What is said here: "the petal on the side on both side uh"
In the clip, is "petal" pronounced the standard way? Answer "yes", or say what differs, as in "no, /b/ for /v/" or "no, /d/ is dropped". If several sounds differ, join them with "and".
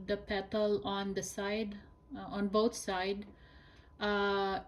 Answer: yes